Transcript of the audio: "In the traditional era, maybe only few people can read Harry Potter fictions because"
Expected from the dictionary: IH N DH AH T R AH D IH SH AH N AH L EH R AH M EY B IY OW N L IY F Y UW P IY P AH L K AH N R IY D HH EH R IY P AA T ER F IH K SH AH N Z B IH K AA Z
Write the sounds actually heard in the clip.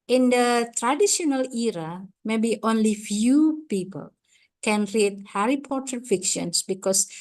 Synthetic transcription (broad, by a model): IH N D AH T R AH D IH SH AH N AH L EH R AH M EY B IY OW N L IY F Y UW P IY P AH L K AH N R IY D HH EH R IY P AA T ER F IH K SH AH N S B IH K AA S